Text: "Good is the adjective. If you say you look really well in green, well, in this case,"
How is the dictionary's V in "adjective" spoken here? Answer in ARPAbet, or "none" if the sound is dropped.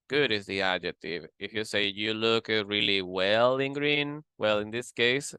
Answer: V